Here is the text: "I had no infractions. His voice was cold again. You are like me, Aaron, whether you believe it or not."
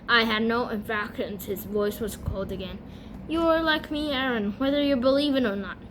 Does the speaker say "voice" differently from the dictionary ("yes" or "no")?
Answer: no